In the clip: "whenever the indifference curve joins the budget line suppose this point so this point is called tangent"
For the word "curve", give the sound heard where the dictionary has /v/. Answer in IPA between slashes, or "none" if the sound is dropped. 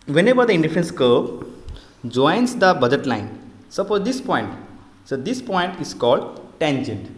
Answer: /b/